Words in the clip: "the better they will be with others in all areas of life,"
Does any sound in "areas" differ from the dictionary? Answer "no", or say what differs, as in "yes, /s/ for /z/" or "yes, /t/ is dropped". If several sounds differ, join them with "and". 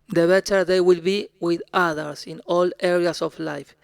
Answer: yes, /s/ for /z/